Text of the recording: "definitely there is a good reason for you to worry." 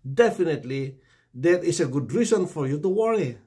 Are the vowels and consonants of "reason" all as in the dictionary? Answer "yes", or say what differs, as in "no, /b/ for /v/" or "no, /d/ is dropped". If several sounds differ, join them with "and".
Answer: no, /s/ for /z/